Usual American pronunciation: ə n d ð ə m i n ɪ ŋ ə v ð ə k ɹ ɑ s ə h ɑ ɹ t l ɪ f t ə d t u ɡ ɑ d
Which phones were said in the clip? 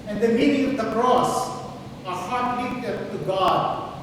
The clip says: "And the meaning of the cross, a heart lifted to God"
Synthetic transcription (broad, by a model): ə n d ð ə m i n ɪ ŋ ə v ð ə k ɹ ɑ s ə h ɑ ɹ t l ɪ t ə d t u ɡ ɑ d